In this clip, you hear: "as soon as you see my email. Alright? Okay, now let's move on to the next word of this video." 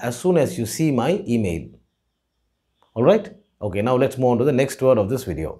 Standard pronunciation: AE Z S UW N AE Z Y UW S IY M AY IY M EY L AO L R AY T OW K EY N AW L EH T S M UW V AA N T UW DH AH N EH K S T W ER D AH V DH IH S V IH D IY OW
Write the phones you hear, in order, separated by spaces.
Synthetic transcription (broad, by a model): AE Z S UW N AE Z Y UW S IY M AY IY M EY L AO L R AY T OW K EY N AW L EH T S M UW IH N T UW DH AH N EH K S T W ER D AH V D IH S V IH D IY OW